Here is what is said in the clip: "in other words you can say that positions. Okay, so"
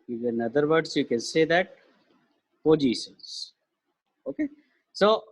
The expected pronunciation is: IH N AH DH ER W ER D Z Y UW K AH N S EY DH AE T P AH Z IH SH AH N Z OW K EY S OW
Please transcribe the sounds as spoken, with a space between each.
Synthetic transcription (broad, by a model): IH N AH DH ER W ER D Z Y UW K AH N S EY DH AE T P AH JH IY S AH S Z OW K EY S OW